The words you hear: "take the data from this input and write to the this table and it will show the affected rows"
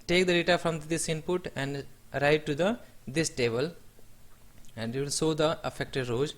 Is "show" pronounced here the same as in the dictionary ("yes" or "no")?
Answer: no